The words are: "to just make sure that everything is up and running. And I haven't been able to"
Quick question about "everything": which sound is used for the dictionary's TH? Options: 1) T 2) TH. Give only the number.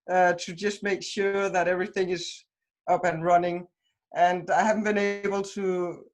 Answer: 2